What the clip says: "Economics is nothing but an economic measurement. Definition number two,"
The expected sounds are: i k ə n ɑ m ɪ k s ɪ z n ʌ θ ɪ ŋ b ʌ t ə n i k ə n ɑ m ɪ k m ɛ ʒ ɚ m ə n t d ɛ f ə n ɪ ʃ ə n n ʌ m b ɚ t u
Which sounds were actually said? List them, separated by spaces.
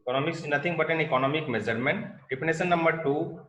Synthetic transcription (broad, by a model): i k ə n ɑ m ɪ k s n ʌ t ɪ ŋ b ʌ t ə n i k ə n ɑ m ɪ k m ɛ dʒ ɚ m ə n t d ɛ p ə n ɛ s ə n n ʌ m b ɚ t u